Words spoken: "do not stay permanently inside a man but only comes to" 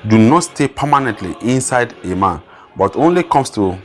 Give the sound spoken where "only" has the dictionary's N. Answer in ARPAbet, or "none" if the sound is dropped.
N